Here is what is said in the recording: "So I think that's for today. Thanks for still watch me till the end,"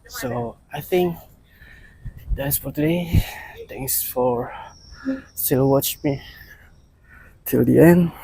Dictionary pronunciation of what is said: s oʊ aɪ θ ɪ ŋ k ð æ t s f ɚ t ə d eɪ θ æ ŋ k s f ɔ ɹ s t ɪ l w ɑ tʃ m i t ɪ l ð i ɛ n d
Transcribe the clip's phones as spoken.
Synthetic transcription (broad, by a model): s oʊ aɪ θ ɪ ŋ k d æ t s f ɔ t ə d eɪ t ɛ ŋ s f ɔ ɹ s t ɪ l w ɑ tʃ m i t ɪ l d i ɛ n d